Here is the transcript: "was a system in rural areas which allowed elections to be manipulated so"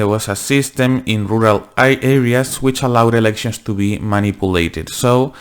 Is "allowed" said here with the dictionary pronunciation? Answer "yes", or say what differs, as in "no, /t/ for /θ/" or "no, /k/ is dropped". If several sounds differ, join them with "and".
yes